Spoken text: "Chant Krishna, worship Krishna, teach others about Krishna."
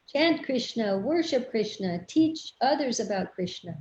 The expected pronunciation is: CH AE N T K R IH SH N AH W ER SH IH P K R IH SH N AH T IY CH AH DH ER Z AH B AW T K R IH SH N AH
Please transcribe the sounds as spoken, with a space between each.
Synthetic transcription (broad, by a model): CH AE N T K R IH SH N AH W ER SH IH P K R IH SH N AH T IY CH AH DH ER Z AH B AW T K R IH SH N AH